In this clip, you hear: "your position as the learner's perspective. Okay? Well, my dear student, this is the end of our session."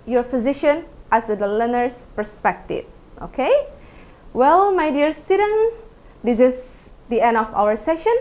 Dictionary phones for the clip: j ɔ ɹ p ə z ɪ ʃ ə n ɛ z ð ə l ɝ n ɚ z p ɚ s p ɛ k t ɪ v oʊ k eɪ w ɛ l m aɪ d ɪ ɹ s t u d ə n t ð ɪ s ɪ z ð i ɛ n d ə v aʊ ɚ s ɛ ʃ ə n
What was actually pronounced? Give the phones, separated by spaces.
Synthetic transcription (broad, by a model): j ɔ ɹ f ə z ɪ ʃ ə n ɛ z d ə l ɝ n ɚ s p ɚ s p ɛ k t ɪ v oʊ k eɪ w ɛ l m aɪ d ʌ ɹ s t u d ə n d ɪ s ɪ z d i ɛ n d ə f aʊ ɚ s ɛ ʃ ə n